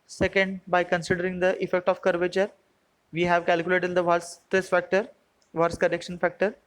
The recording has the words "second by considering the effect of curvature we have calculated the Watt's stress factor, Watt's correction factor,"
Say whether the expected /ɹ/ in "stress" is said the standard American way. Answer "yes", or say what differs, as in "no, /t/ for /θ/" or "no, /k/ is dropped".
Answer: no, /ɹ/ is dropped